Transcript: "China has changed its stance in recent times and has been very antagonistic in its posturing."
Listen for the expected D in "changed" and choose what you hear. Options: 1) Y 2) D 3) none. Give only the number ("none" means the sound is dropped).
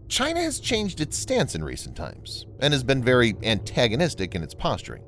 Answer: 2